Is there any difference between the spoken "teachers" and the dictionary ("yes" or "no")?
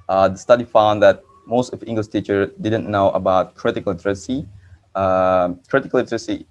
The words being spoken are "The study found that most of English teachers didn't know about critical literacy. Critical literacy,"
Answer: yes